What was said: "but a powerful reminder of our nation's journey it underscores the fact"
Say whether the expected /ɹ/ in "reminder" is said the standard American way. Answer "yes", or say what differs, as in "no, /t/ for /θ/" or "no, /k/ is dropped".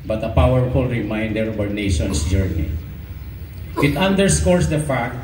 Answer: yes